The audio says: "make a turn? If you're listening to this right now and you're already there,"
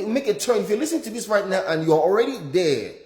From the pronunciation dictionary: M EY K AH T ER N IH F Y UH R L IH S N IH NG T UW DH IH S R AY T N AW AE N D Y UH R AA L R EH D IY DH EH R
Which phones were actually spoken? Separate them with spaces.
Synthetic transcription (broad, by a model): M EY K AH T ER N IH F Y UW L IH S IH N T UW DH IH S R AY T N AW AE N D Y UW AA AA L R EH D IY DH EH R